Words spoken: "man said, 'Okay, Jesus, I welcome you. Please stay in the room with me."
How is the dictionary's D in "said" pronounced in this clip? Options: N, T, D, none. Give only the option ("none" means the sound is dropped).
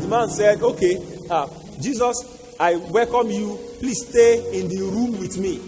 D